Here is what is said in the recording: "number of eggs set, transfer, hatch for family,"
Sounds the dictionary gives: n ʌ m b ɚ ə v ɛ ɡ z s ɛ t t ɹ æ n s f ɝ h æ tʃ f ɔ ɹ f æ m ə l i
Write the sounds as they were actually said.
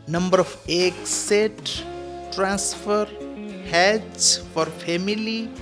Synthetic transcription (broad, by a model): n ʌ m b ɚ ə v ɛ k s ɛ t t ɹ æ n s f ɝ h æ s f ɔ ɹ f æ m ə l i